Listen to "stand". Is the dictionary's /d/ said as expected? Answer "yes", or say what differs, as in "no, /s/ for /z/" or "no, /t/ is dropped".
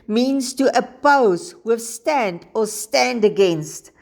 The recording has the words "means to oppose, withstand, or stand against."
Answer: yes